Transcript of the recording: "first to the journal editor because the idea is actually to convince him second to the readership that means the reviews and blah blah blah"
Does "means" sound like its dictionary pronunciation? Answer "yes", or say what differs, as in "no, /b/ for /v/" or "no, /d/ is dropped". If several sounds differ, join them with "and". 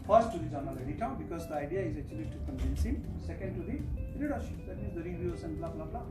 no, /n/ is dropped